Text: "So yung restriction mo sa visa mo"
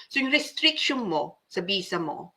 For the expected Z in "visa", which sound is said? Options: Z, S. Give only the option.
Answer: S